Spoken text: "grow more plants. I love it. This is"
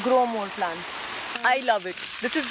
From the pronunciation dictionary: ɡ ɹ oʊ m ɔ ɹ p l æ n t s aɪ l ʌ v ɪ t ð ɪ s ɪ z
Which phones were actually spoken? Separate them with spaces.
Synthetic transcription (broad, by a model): ɡ ɹ oʊ m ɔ l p l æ n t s aɪ l ʌ v ɪ t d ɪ s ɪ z